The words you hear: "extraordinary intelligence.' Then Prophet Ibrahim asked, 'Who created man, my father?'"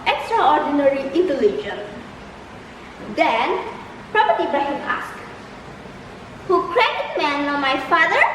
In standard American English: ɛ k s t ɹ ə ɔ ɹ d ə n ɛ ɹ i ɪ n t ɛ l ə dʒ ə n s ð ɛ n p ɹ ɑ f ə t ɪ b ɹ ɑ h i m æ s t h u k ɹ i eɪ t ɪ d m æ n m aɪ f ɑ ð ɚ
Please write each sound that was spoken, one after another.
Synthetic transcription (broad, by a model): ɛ k s t ɹ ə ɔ ɹ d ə n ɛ ɹ i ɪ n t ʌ l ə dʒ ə n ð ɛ n p ɹ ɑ p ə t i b ɑ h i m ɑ s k h u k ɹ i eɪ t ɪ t m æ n m aɪ f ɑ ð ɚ